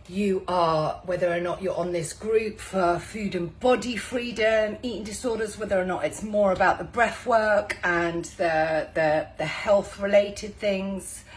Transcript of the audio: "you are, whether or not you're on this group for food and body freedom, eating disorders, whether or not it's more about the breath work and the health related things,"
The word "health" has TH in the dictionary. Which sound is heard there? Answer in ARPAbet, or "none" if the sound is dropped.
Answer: TH